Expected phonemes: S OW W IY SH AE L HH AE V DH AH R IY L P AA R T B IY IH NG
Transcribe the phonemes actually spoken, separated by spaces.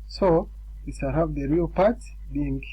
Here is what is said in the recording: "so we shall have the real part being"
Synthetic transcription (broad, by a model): S OW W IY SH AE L HH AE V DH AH R IY L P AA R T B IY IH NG